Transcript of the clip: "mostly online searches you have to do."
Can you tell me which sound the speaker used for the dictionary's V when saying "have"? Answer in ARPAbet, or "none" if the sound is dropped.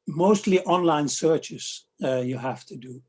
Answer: F